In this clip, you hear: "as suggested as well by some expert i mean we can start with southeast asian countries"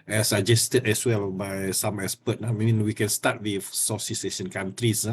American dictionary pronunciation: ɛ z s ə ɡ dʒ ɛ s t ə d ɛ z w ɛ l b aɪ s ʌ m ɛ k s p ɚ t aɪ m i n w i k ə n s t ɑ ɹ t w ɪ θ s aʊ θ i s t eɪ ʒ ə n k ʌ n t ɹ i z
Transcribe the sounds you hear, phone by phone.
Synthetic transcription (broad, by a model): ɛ s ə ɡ dʒ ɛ s t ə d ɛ s w ɛ l b aɪ s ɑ m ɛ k s p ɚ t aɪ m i n w i k ə n s t ɑ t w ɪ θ s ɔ s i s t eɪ ʃ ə n k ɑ n t ɹ i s